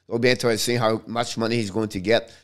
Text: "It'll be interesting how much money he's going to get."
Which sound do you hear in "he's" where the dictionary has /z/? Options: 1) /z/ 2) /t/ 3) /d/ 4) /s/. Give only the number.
1